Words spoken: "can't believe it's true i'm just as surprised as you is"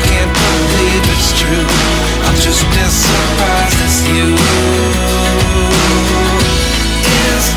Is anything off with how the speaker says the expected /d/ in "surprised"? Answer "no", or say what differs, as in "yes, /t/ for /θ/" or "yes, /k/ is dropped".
yes, /d/ is dropped